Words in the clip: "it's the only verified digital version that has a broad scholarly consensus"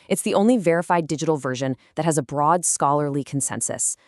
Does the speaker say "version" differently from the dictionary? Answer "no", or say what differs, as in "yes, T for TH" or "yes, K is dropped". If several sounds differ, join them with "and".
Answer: no